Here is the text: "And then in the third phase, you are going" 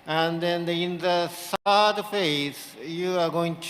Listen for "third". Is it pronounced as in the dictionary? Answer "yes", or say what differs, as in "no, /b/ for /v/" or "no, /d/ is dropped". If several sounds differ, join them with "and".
no, /s/ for /θ/